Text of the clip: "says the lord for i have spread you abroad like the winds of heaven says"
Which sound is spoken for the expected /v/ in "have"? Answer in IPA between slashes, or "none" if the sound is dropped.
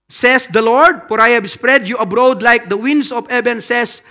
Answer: /b/